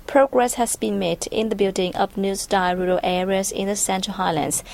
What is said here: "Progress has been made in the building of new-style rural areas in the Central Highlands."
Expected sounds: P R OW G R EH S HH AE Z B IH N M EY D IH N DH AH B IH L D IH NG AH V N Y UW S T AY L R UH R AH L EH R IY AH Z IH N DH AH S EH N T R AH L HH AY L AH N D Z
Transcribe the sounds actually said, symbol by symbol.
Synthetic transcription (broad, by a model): P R OW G R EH S HH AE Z B IH N M EY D IH N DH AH B IH L D IH NG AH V N Y UW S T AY R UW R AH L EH R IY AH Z IH N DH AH S EH N T R AH L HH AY L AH N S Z